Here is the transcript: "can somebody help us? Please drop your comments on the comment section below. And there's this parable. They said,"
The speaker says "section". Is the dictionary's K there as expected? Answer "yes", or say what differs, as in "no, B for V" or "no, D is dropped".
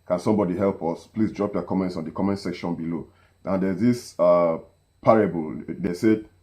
yes